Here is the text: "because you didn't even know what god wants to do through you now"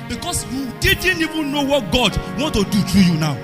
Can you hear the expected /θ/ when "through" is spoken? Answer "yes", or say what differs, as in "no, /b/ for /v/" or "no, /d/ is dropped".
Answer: no, /t/ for /θ/